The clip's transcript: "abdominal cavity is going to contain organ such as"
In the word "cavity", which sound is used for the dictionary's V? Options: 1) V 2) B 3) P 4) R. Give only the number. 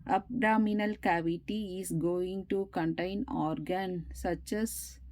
1